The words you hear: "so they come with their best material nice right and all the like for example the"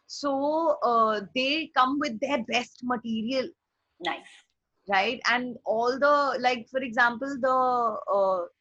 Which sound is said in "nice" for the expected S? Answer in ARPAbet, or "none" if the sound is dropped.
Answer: none